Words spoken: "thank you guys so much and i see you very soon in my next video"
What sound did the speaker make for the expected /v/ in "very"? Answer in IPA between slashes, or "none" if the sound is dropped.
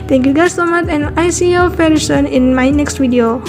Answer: /f/